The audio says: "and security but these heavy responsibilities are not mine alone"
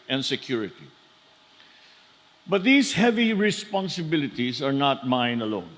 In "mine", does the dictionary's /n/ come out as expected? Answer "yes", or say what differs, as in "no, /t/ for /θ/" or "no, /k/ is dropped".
yes